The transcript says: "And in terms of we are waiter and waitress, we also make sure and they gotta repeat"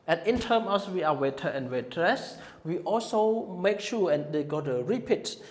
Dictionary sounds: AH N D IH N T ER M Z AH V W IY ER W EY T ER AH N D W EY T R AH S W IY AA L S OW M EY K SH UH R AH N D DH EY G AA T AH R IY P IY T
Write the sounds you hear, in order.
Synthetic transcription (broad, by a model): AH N IH N T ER M AH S W IY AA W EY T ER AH N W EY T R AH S W IY AA L S OW M EY K SH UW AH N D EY G AA T AH R IY P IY T